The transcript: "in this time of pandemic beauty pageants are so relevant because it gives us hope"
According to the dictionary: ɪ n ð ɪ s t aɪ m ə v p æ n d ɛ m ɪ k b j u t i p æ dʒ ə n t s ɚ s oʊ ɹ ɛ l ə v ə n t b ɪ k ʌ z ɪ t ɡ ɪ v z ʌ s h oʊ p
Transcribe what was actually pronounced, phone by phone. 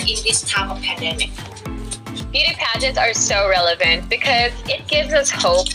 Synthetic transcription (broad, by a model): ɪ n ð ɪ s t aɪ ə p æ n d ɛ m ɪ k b j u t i p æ dʒ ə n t s ɚ s oʊ ɹ ɛ l ə v ə n t b ɪ k ʌ z ɪ t ɡ ɪ v z ʌ s h oʊ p